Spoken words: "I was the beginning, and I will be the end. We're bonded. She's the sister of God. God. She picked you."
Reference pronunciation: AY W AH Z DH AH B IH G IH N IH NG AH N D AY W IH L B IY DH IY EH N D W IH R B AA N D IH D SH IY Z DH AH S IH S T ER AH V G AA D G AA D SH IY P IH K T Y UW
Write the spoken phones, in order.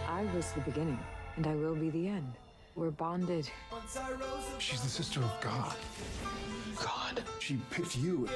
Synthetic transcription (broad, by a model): AY W AH Z DH AH B IH G IH N IH NG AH N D AY W IH L B IY DH IY EH N D W IH R B AA N D IH D SH IY Z DH AH S IH S T ER AH V G AA D G AA D SH IY P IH T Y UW